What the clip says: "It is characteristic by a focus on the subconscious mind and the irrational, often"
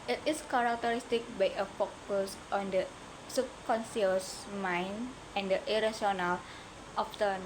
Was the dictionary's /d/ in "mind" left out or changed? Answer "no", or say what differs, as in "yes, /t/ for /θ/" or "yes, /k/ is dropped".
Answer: yes, /d/ is dropped